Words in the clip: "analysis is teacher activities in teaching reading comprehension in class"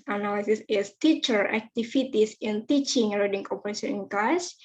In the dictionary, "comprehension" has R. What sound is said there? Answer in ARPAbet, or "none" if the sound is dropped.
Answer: none